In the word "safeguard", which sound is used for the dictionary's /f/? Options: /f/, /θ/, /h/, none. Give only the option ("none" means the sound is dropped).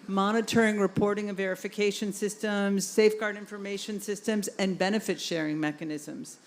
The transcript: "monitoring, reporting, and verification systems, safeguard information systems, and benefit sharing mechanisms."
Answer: /f/